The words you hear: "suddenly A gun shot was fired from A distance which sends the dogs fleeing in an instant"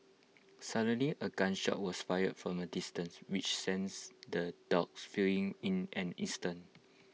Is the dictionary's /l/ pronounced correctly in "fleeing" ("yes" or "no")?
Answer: no